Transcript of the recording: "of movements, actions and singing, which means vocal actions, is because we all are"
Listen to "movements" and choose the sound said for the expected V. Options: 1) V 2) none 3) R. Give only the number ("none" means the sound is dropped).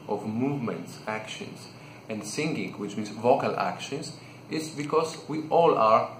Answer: 1